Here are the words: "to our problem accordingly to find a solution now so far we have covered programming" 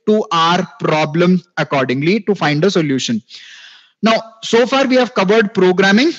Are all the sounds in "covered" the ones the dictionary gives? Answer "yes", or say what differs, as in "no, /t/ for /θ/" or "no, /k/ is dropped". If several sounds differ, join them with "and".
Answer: yes